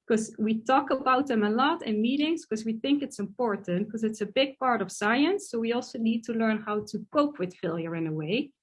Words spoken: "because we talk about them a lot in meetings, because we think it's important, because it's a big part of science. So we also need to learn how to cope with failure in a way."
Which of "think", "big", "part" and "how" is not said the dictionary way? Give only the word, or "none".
none